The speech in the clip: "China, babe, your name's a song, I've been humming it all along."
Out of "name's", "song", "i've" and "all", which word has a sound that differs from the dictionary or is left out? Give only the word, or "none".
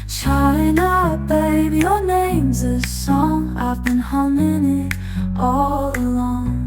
none